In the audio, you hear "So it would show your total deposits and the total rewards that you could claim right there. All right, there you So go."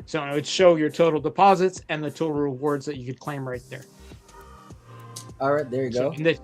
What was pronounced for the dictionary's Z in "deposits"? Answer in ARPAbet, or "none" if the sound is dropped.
Z